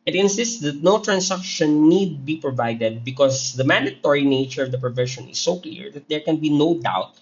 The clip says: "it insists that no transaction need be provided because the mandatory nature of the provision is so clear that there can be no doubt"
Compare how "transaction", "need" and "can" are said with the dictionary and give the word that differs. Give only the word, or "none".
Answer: transaction